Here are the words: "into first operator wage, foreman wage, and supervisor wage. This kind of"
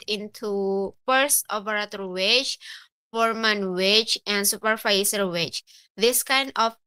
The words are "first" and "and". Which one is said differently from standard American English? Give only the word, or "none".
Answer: first